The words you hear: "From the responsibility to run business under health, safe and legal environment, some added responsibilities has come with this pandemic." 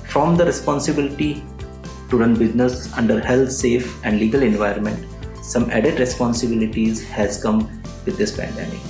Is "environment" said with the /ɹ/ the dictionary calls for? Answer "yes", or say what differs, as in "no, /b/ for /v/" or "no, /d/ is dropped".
no, /ɹ/ is dropped